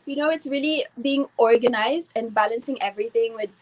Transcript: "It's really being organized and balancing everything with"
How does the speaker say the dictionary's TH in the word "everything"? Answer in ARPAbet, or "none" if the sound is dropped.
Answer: T